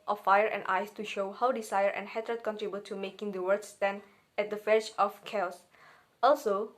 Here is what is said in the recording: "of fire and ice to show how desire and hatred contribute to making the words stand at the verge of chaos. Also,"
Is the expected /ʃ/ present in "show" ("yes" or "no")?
yes